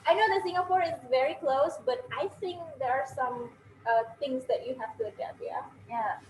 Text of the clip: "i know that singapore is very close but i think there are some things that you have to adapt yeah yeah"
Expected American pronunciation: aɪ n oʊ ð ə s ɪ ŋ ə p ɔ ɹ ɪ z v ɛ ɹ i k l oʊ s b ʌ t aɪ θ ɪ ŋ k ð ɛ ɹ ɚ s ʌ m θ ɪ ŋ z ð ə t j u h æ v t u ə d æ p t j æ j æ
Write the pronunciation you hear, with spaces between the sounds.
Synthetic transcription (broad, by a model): aɪ n oʊ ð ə s ɪ ŋ ə p ɔ ɹ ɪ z v ɛ ɹ i k l oʊ s b ʌ t aɪ θ ɪ ŋ k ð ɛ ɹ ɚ s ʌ m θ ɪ ŋ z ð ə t j u h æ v t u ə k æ t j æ j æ